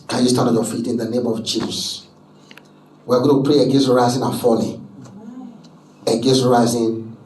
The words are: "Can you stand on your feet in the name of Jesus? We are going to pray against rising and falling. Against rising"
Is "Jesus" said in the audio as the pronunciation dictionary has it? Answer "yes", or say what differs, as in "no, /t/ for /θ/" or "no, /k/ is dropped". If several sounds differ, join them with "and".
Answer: no, /tʃ/ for /dʒ/